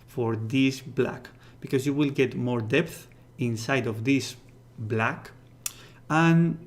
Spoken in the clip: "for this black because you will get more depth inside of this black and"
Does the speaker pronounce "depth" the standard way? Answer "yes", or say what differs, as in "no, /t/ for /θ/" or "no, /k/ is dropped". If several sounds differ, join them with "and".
yes